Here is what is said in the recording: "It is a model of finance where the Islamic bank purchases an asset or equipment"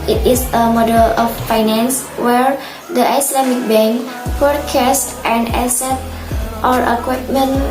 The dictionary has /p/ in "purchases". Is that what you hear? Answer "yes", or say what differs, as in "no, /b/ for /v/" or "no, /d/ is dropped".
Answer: no, /f/ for /p/